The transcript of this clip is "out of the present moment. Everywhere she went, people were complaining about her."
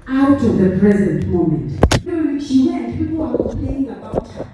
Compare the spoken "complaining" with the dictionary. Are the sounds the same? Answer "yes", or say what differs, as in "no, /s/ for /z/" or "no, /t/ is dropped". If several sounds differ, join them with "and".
no, /m/ is dropped and /n/ is dropped